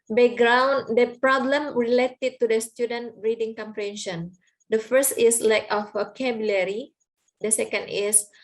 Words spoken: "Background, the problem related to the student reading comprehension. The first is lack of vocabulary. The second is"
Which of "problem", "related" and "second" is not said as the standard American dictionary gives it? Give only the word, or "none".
none